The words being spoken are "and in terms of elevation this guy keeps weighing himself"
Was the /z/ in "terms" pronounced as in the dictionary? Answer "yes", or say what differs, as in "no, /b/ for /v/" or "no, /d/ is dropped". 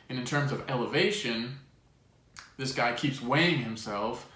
yes